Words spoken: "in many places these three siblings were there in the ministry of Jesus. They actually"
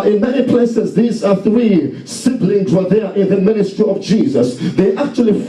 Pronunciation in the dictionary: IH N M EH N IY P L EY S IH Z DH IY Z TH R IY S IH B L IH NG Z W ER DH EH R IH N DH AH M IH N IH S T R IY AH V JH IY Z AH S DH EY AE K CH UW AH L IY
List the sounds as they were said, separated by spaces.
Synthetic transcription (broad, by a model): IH N M EH N IY P L EY S IH Z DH IY Z TH R IY S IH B L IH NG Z W ER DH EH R IH N DH AH M IH N IH S T R IY AH V JH IY Z AH S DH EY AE K CH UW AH L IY